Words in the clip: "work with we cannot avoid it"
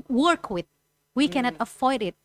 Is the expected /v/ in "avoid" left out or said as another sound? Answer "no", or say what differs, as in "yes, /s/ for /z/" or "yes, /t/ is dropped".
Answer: yes, /f/ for /v/